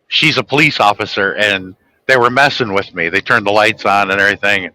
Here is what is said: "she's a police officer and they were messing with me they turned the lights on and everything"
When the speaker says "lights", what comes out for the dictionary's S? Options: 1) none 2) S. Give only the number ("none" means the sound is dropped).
2